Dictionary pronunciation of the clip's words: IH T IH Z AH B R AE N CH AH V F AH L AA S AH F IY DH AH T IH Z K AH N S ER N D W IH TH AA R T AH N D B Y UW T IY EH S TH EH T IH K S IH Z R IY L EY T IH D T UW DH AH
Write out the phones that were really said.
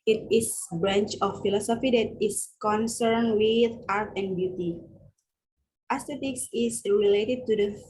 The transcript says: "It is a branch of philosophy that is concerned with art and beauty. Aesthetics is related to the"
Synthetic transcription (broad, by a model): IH T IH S B R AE N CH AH F AH L AA S AH F IY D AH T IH S K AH N S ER N W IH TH AA R T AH N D B Y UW T IY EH S T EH T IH K S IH S R IY L EY T IH D T UW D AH